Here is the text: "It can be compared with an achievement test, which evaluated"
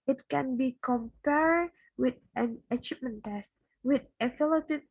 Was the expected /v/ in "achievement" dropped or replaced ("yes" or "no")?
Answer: yes